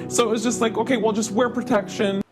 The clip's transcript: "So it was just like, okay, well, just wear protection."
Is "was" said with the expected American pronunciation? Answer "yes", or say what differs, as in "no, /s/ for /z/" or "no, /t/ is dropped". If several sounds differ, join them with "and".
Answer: yes